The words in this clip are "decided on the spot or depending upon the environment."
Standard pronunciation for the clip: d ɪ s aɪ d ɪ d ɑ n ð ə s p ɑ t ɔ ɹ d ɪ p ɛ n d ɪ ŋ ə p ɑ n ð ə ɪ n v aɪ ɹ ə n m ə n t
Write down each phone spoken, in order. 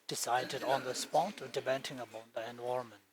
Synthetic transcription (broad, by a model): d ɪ s aɪ d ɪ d ɑ n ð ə s p ɑ t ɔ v d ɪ b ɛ n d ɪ ŋ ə b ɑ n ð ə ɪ n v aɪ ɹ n m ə n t